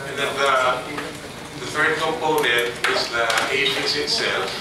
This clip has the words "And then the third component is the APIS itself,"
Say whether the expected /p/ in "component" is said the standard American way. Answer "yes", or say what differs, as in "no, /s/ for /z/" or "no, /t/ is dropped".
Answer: yes